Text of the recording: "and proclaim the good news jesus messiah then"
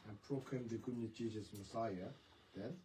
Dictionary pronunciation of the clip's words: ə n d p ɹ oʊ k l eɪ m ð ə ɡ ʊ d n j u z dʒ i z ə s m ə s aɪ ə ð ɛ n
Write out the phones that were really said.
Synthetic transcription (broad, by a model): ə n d p ɹ oʊ k l eɪ m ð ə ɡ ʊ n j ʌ dʒ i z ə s m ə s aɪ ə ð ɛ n